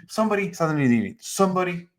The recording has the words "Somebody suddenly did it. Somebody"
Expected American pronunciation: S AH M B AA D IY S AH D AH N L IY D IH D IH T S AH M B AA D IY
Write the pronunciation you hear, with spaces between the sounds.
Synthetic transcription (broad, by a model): S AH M B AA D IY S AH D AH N IY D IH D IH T S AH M B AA D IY